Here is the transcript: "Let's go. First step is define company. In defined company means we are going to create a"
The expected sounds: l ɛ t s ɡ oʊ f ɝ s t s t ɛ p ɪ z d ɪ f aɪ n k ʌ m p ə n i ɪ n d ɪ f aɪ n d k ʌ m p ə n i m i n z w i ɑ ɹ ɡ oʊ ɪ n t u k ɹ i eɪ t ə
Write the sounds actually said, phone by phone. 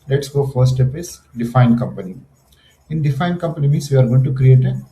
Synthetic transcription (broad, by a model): l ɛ t s ɡ oʊ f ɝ t s t ɛ p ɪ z d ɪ f aɪ n k ʌ m p ə n i ɪ n d ɪ f aɪ n d k ʌ m p ə n i m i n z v i ɑ ɹ ɡ oʊ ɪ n t u k ɹ i eɪ t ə